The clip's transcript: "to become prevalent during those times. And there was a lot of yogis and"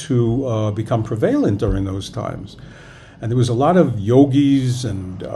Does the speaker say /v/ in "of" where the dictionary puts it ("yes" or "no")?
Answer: yes